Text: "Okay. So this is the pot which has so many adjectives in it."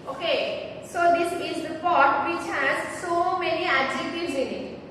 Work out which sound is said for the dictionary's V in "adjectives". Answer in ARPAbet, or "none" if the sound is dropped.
none